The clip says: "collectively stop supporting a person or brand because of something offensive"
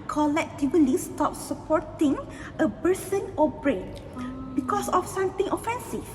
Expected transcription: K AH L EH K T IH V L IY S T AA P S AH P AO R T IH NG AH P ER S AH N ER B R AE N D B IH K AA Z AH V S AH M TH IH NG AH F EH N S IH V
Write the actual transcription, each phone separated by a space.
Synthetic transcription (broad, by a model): K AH L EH K T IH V L IY S T AA P S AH P AO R T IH NG AH B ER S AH N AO B R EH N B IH K AA S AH F S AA M T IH NG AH F EH N S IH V